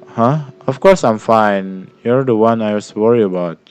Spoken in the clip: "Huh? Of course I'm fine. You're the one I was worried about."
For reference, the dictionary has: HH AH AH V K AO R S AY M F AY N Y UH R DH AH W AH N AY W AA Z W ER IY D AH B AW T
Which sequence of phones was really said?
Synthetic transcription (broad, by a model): HH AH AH F K AO R S AY M F AY N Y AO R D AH W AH N AY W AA S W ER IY AH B AW T